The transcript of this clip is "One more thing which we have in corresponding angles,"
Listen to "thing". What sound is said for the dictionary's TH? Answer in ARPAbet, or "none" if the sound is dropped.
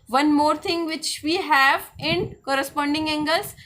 T